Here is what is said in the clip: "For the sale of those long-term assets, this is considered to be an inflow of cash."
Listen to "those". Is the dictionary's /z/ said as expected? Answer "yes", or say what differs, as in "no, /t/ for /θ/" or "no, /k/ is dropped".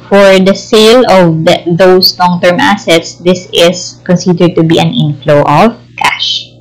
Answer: no, /s/ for /z/